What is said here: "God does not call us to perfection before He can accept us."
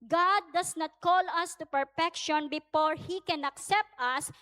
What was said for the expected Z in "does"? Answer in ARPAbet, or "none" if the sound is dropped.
S